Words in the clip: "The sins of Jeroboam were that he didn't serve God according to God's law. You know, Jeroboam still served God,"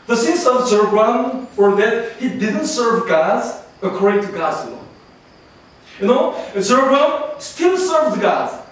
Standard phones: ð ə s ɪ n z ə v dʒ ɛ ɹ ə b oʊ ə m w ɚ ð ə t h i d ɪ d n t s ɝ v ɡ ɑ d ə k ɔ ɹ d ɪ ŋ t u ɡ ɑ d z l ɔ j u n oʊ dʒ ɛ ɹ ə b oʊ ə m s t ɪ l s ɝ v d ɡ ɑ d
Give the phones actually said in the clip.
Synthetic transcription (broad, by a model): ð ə s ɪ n s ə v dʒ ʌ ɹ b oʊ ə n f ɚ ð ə t h i d ɪ d n t s ɝ v ɡ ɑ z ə k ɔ ɹ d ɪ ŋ t u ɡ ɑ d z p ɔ j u n oʊ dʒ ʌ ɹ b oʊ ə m s t ɪ l s ɝ v d ɡ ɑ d